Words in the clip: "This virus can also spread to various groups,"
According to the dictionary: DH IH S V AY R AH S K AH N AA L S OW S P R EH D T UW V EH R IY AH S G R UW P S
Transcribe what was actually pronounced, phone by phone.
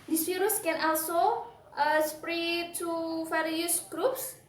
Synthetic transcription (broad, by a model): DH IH S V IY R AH S K AH N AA L S OW S P R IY T UW F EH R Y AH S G R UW P S